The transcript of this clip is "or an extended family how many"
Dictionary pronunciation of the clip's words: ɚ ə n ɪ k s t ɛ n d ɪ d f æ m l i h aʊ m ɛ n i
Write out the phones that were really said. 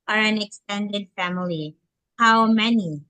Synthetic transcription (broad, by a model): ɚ ə n ɪ k s t ɛ n d ɪ d f æ m l i h aʊ m ɛ n i